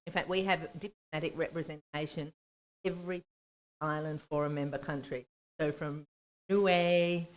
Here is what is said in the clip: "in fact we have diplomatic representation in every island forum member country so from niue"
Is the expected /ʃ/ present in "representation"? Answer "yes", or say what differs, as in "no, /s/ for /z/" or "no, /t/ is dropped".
no, /ʃ/ is dropped